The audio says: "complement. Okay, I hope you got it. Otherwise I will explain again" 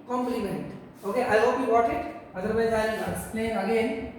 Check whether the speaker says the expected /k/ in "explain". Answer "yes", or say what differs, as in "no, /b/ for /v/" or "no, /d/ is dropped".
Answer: no, /k/ is dropped